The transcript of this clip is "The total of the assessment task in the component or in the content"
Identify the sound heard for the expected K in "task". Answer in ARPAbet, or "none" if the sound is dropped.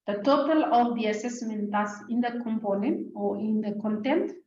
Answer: none